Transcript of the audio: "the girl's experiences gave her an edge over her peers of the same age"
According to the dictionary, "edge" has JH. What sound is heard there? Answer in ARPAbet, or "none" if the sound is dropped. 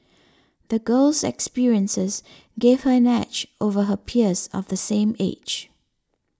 CH